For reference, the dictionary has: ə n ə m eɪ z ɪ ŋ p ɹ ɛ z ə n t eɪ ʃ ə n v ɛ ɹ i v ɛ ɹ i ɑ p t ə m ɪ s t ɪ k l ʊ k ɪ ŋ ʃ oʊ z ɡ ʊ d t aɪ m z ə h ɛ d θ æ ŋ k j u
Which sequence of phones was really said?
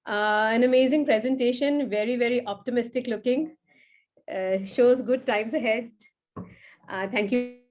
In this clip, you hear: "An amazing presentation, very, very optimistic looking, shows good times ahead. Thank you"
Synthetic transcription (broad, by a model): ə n ə m eɪ z ɪ ŋ p ɹ ɛ z ə n t eɪ ʃ ə n v ɛ ɹ i v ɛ ɹ i ɑ p t ə m ɪ s t ɪ k l ʊ k ɪ ŋ ʃ oʊ z ɡ ʊ d t aɪ m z ə h ɛ d t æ ŋ k j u